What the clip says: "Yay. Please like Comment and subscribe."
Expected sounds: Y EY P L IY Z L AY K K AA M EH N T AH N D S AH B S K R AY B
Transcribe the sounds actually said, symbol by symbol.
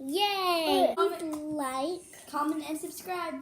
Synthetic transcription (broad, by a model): Y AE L L AY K K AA M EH N AH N S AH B S K R AY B